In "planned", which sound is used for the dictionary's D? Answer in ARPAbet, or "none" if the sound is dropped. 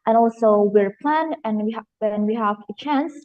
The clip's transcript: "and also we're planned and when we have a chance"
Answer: none